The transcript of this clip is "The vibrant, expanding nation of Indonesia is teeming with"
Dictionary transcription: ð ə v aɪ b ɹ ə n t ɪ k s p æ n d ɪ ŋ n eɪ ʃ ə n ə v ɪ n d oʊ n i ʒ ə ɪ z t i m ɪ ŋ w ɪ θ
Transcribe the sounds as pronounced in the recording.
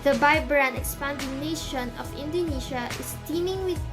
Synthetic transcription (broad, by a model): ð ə b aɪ b ɹ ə n ɪ k s p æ n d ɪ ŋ n eɪ ʃ ə n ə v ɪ n d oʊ n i ʃ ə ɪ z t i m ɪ ŋ w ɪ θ